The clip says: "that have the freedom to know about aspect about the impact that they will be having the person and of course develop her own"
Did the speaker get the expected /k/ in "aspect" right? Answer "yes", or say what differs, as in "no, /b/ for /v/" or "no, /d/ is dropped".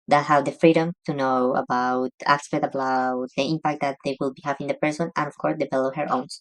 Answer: no, /k/ is dropped